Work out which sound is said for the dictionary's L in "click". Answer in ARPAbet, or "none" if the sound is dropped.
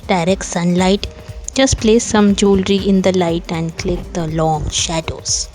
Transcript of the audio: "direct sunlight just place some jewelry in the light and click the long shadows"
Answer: L